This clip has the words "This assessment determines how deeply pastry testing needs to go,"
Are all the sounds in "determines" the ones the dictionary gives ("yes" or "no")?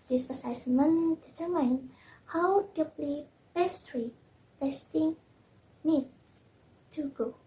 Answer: no